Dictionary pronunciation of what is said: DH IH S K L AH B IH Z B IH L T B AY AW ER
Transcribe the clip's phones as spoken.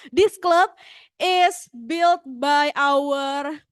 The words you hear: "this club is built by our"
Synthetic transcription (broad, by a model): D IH S K L AH B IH S B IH L T B AY AW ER